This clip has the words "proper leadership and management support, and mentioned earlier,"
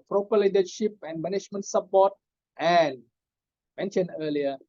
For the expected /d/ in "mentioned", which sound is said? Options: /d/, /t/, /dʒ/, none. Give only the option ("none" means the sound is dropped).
none